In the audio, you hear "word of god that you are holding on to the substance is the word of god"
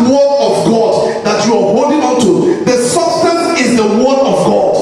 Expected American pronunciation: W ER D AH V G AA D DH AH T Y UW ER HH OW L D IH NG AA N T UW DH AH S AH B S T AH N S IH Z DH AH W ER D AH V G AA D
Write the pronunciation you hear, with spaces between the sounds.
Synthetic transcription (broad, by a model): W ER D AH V G AA D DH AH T Y UW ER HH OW D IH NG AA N T UW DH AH S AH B S T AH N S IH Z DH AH W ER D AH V G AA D